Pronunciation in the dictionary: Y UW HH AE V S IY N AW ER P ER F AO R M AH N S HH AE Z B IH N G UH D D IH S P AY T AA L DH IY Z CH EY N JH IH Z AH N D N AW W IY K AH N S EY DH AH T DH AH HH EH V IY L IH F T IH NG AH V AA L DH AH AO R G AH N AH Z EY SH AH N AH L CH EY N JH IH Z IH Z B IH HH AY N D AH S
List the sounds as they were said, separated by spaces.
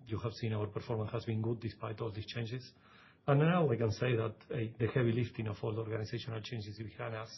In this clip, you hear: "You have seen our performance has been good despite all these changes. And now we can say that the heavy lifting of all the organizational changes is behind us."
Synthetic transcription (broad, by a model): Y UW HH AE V S IY N AW ER P ER F AO R M AH N S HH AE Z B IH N G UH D D IH S P AY T AA L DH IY S CH EY N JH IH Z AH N N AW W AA K AH N S EY DH AH T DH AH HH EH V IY L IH F T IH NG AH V AA L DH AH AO R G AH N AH S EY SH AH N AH L CH EY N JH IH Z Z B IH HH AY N AH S